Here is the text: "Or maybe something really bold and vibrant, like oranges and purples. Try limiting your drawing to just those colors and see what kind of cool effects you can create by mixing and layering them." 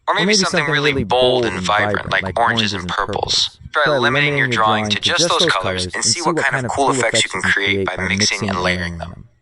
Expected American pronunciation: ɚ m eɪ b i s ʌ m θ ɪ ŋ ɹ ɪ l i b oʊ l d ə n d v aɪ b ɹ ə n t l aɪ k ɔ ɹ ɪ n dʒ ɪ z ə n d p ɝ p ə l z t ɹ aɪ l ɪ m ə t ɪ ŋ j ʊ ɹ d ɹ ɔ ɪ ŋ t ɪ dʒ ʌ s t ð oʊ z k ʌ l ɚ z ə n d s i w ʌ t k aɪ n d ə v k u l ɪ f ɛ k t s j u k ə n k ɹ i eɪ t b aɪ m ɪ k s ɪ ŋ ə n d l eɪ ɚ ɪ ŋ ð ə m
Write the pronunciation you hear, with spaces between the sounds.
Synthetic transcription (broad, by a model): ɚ m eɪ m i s ʌ m θ ɪ ŋ ɹ ɪ l i b oʊ l d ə n v aɪ b ɹ ə n t l aɪ k ɔ ɹ ɪ n dʒ ɪ z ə n p ɝ p l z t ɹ l ɪ m ə t ɪ ŋ j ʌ ɹ d ɹ ɔ ɪ ŋ t ɪ dʒ ʌ s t ð oʊ z k ʌ l ɚ z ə n s i w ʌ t k aɪ n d ə v k u l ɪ f ɛ k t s j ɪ k n k ɹ i eɪ t b aɪ m ɪ k s ɪ ŋ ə n l eɪ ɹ ɪ ŋ ð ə m